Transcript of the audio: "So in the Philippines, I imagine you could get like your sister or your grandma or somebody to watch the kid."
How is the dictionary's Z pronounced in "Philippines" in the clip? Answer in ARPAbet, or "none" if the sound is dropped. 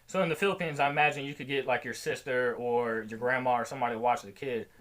Z